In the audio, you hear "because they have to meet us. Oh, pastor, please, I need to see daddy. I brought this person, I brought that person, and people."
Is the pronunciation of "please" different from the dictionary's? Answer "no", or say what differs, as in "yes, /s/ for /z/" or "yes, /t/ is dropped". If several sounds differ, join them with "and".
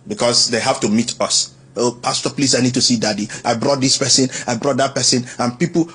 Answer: yes, /s/ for /z/